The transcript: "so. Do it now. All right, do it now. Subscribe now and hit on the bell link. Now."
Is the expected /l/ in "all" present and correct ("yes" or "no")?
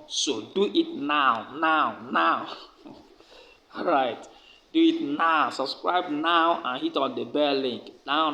no